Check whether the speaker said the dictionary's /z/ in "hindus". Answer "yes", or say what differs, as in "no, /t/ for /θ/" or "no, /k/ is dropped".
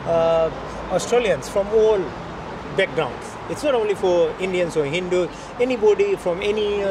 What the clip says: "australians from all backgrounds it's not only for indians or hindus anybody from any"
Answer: no, /z/ is dropped